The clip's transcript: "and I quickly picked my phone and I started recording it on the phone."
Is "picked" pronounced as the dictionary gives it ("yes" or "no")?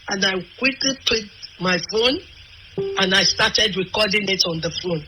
no